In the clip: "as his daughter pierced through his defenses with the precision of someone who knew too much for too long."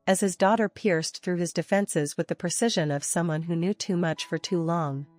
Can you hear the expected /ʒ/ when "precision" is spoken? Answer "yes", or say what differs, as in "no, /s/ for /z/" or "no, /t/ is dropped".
yes